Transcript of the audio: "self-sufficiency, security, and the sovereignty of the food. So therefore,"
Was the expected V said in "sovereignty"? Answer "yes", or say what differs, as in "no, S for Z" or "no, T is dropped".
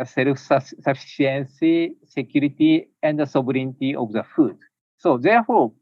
no, B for V